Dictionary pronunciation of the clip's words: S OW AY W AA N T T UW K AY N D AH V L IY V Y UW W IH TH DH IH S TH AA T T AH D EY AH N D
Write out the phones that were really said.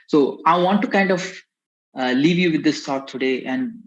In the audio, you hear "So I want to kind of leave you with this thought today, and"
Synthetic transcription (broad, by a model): S OW AY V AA N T T UW K AY N D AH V L IY V Y UW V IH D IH S T AA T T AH D EY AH N D